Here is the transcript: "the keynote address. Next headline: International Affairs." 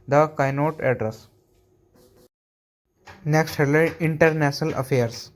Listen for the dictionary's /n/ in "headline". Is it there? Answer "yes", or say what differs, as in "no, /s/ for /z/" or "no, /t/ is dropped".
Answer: no, /n/ is dropped